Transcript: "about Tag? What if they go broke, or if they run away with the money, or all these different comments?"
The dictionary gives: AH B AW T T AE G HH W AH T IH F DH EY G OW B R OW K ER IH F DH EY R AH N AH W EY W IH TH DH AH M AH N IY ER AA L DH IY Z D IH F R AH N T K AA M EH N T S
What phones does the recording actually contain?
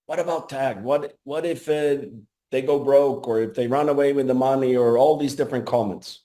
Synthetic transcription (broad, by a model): AH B AW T T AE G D W AH T IH F DH EY G OW B R OW K ER IH F DH EY R AH N AH W EY W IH DH AH M AH N IY ER AA L DH IY Z D IH F R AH N K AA M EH N T S